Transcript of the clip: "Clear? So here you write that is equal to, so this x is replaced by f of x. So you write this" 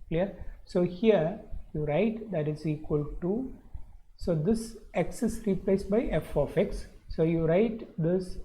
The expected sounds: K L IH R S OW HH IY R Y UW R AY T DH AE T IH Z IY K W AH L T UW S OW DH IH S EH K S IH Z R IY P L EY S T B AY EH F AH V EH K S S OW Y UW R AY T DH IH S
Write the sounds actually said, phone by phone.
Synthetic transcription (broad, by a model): K L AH R S OW HH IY R Y UW R AY T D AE T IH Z IY K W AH L T UW S OW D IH S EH K S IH S R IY P L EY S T B AY EH F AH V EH K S S OW Y UW R AY T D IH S